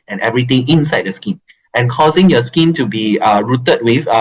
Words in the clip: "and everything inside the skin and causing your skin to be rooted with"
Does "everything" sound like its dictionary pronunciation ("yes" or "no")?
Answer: no